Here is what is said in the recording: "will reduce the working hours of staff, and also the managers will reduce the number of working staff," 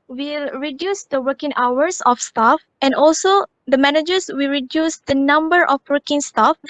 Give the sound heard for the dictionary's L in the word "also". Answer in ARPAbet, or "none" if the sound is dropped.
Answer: L